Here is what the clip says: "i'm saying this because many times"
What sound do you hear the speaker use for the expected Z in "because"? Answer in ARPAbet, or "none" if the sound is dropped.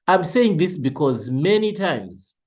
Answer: Z